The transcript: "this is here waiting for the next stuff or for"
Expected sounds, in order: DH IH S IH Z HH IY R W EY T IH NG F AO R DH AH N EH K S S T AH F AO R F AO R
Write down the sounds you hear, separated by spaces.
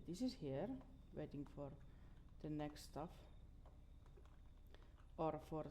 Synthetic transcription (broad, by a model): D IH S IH S HH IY R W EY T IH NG F AO R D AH N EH K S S T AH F AO R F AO R